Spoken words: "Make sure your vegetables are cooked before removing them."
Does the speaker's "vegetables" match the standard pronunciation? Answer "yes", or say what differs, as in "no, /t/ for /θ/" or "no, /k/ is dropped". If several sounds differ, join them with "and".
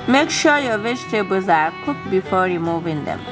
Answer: no, /tʃ/ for /dʒ/ and /l/ is dropped